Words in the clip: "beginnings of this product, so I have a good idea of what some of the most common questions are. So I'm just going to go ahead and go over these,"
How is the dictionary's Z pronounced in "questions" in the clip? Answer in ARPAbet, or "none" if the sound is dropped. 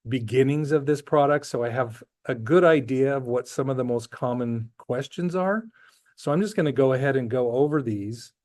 Z